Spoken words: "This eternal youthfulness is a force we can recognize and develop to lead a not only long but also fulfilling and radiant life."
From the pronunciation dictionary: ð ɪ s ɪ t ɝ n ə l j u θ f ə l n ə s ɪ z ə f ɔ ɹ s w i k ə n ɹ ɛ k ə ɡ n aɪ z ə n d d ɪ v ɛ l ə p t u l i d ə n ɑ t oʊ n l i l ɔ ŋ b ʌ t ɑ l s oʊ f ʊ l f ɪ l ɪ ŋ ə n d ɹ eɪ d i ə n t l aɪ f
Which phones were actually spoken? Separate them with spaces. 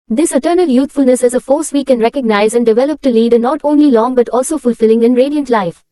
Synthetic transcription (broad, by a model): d ɪ s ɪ t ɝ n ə l j u t f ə l n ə s ɪ z ə f ɔ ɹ s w i k ə n ɹ ɛ k ə ɡ n aɪ z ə n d d ɪ v ɛ l ə p t u l i d ə n ɑ t oʊ n l i l ɔ ŋ b ʌ t ɑ l s oʊ f ʊ l f ɪ l ɪ ŋ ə n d ɹ eɪ d i ə n t l aɪ f